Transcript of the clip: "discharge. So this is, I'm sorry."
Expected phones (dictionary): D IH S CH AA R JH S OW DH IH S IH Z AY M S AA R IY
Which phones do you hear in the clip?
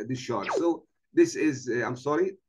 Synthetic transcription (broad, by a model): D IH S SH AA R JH S OW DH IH S IH Z AY M S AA R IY